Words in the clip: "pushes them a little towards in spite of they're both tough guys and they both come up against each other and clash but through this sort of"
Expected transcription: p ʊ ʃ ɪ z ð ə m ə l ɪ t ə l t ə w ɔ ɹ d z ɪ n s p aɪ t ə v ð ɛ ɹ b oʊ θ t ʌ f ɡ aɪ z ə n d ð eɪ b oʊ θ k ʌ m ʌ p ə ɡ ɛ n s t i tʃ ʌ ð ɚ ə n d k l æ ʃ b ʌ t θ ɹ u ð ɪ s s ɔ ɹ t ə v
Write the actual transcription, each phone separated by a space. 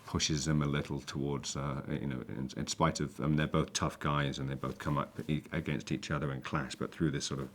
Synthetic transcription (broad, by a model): p ʊ ʃ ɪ z ð ə m ə l ɪ t l t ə w ɔ ɹ d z ɪ n s p aɪ t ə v ð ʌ ɹ b oʊ θ t ʌ f ɡ aɪ z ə n ð eɪ b oʊ θ k ʌ m ʌ p ə ɡ ɛ n s t i tʃ ʌ ð ɚ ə n k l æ s b ʌ t θ ɹ u ð ɪ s s ɔ ɹ t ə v